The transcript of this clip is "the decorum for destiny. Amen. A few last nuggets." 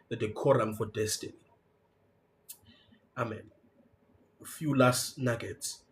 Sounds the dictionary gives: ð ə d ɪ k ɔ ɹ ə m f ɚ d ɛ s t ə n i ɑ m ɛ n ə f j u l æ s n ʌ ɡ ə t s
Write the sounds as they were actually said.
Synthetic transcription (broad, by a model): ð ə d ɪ k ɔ ɹ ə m f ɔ d ɛ s t ə n i ɑ m ɛ n f j u l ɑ s n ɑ ɡ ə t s